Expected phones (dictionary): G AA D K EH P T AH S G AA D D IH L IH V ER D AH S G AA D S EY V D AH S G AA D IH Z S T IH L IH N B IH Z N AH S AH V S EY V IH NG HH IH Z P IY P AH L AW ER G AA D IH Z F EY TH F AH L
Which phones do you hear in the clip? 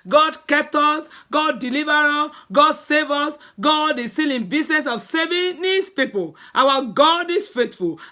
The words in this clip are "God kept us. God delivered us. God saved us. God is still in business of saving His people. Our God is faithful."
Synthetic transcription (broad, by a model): G AA D K EH P T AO S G AA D D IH L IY V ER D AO G AA D S EY V AO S G AA D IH S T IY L IH N B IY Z N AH S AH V S EY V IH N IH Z P IY P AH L AW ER G AA D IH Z F EY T F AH L